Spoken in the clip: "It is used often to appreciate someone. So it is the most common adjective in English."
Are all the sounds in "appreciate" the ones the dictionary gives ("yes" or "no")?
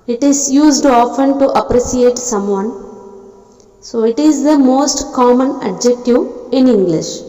no